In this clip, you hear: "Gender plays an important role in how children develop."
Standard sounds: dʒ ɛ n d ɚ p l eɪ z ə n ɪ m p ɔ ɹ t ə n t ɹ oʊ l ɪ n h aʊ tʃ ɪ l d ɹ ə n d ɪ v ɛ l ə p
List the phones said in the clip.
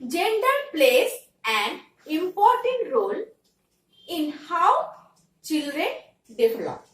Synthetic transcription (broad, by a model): dʒ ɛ n d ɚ p l eɪ s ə n ɪ m p ɔ ɹ t ə n t ɹ oʊ l ɪ n h aʊ tʃ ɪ l d ɹ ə n d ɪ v l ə p